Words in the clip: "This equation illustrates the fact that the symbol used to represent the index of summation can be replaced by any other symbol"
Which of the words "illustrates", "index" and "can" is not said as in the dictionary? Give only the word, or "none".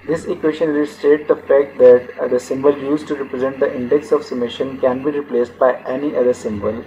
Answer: illustrates